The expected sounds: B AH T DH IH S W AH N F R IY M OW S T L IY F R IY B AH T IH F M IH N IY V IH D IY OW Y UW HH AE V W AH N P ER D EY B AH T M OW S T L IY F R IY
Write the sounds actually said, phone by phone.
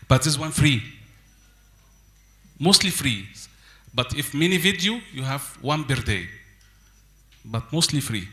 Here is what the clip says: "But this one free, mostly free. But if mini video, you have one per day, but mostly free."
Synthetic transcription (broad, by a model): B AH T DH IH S W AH N F R IY M OW S T L IY F R IY B AH T IH F M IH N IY V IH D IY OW Y UW HH AE V W AH N B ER D EY B AH T M OW S T L IY F R IY